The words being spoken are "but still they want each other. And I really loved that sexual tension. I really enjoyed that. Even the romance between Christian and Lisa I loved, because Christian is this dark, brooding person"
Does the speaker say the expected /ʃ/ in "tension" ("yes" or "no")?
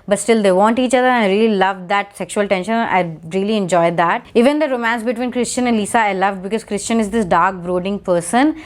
yes